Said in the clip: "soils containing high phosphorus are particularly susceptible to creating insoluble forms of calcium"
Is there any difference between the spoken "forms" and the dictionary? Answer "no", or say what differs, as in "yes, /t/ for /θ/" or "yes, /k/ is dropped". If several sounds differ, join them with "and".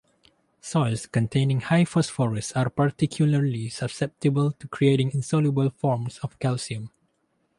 yes, /s/ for /z/